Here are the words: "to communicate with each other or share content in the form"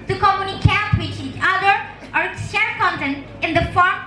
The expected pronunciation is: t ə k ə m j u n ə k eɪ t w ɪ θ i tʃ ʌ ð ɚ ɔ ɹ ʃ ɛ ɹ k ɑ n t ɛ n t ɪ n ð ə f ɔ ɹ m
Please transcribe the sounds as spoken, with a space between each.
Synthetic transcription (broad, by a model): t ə k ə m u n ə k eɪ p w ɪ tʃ i tʃ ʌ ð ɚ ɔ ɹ s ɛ k ɑ n t ɛ n t ɪ n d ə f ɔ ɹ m